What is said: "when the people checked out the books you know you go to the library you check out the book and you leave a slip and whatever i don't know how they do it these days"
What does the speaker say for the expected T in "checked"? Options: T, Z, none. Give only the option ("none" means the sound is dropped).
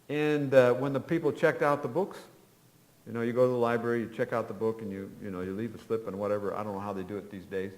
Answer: T